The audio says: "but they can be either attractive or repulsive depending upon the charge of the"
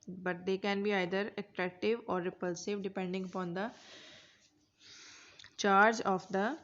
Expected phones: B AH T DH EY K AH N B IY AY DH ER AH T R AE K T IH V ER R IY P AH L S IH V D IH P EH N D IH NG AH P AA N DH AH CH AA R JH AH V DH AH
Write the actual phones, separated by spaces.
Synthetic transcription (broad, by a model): B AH T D EY K AH N B IY AY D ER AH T R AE K T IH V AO R IY P AH L S IH V D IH P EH N D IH NG AH P AA N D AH CH AA R JH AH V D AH